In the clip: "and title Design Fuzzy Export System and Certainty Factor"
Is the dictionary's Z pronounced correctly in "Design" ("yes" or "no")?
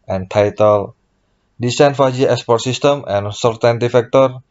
no